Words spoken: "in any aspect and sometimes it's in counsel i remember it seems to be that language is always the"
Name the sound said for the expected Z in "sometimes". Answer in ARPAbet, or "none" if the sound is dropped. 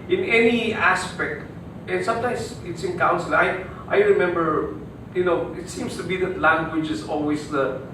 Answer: S